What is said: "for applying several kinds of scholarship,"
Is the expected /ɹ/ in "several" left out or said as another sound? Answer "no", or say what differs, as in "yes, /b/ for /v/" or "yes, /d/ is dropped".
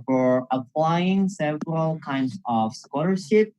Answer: no